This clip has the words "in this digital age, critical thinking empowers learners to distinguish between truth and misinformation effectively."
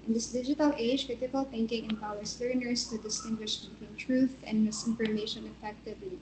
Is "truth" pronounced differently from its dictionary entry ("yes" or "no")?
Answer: no